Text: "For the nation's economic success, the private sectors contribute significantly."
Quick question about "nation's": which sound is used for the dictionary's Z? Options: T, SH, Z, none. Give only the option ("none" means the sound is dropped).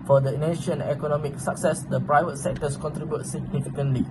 none